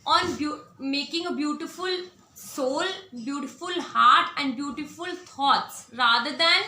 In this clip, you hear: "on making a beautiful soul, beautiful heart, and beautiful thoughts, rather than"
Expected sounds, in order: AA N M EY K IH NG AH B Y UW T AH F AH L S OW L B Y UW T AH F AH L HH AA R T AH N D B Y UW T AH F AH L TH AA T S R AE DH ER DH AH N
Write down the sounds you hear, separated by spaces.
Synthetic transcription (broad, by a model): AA N M EY K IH NG AH B Y UW T AH F AH L S OW L B Y UW T AH F AH L HH AA R T AH N D B Y UW T AH F AH L T AA T S R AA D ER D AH N